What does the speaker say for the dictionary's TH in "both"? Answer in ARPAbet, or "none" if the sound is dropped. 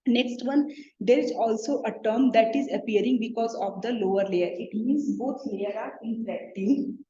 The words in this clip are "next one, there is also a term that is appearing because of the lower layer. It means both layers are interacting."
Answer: T